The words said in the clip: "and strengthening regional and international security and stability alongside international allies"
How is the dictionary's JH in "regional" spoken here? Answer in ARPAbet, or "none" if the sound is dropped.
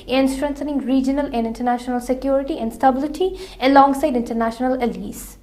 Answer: JH